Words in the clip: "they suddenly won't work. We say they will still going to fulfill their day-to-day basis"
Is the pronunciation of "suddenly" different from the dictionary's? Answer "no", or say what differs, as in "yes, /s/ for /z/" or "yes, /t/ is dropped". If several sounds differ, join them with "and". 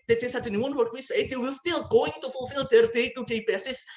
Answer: yes, /l/ is dropped